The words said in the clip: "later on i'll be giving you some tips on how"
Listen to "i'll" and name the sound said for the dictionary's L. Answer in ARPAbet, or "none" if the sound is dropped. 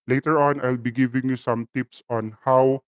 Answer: L